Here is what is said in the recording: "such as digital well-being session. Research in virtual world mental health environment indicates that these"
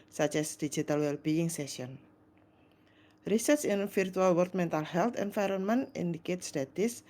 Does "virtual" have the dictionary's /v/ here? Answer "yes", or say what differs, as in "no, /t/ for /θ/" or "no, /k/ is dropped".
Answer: no, /f/ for /v/